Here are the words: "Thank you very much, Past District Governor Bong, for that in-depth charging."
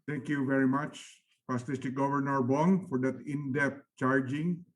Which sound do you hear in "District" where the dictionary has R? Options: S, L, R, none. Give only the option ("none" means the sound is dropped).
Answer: none